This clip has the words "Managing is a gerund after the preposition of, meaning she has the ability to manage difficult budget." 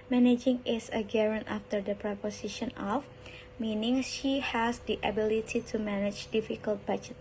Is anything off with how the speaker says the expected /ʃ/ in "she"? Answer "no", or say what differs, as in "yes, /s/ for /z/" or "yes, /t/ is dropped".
no